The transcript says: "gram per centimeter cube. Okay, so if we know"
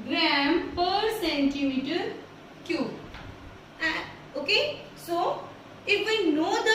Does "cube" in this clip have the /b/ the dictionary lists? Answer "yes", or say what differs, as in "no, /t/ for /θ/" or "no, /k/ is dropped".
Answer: no, /b/ is dropped